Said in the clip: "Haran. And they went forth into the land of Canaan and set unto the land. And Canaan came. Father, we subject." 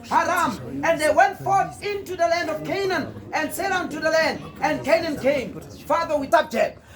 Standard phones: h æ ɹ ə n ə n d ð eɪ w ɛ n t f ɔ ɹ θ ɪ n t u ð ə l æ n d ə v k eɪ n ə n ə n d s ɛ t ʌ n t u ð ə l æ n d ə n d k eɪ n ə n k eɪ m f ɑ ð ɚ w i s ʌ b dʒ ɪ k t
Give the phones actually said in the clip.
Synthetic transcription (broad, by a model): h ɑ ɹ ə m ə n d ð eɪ w ɛ n t f ɔ ɹ θ ɪ n t u ð ə l æ n d ə v k eɪ n ə n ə n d s ɛ t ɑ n t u ð ə l æ n d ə n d k eɪ n ə n k eɪ m f ɑ ð ɚ w i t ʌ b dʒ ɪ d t